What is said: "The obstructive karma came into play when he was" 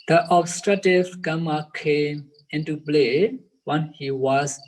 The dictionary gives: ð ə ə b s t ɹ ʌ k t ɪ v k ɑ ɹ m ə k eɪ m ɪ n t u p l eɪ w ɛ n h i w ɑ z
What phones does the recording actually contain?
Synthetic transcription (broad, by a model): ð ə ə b s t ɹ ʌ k t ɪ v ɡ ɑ m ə k eɪ m ɪ n t u b l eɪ w ɛ n h i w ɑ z